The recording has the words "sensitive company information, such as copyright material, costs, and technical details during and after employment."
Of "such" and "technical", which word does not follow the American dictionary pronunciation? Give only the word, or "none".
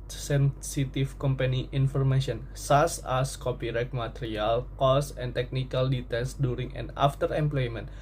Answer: such